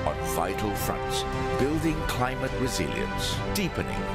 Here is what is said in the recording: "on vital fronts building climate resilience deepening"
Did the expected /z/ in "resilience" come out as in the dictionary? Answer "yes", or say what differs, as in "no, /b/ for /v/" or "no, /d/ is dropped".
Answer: yes